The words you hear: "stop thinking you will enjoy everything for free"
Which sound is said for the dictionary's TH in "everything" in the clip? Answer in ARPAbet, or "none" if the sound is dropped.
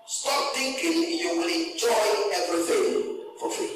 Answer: F